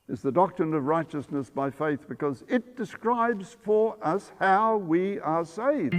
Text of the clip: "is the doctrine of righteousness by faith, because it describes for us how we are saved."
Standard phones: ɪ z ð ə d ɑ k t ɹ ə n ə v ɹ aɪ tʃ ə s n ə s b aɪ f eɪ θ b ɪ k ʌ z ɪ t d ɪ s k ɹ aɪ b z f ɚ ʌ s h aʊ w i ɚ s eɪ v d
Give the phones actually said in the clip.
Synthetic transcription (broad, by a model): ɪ z ð ə d ɑ k t ɹ ə n ə v ɹ aɪ tʃ ə s n ə s b aɪ f eɪ θ b ɪ k ʌ z ɪ t d ɪ s k ɹ aɪ b z f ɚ ʌ s h aʊ w i ɚ s eɪ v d